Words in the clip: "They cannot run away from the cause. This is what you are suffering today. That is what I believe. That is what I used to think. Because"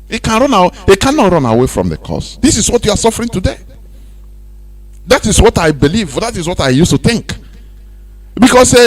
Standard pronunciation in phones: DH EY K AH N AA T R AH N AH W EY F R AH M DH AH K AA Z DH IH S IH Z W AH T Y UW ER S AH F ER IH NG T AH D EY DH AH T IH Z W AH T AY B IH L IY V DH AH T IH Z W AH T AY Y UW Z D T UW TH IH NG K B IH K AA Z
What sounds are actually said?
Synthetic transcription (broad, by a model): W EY K AH N AA T R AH N AH W EY F R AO M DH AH K AA S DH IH S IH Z W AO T Y UW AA S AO F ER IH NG T AH D EY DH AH T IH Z W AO T AY B IH L IY V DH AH T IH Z W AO T AY Y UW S T UW TH IH NG K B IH K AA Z